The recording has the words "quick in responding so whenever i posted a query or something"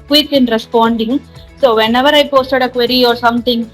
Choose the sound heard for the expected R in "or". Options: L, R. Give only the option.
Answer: R